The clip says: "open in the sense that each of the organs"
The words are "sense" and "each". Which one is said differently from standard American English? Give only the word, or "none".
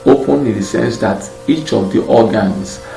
none